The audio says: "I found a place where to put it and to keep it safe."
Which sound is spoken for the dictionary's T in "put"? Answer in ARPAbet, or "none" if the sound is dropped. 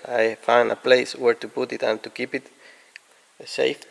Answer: T